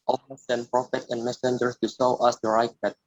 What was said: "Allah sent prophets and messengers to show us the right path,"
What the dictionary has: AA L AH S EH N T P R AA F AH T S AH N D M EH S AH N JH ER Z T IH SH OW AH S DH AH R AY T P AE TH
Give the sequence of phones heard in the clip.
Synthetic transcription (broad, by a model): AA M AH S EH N P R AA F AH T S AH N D M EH S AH N JH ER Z T IH S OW AH S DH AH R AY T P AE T